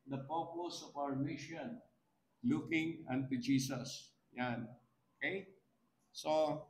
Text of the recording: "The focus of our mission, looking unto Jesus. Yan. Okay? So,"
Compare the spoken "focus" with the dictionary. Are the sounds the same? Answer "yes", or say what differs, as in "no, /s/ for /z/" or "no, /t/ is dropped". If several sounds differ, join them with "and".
no, /p/ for /f/